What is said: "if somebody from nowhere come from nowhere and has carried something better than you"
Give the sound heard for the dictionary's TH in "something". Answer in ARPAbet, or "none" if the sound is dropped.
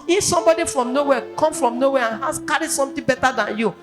T